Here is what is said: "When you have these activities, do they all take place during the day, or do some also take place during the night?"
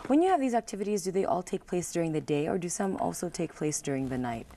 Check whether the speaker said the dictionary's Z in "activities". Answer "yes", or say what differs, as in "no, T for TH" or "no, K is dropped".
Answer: yes